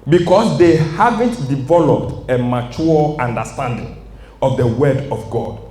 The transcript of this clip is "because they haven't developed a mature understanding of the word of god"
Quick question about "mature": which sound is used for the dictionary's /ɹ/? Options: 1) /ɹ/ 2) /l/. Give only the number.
2